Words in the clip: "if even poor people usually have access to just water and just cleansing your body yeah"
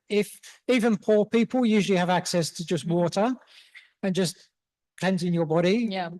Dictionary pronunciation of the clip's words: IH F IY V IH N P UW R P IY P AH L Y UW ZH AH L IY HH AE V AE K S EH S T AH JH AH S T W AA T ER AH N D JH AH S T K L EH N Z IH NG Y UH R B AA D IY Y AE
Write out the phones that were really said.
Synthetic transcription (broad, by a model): IH F IY V IH N P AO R P IY P AH L Y UW ZH AH L IY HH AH V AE K S EH S T AH JH AH S T W AA T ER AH N JH AH S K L EH N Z IH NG Y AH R B AA D IY Y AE